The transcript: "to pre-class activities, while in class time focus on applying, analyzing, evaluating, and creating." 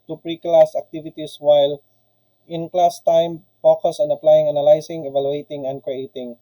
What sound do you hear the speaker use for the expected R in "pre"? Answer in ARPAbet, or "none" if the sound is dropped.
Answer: R